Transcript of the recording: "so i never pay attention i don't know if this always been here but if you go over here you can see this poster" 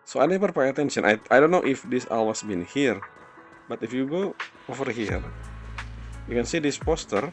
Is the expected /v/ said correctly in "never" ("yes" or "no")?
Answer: no